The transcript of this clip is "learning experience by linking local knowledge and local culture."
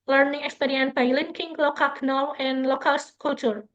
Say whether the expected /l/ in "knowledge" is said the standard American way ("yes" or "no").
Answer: no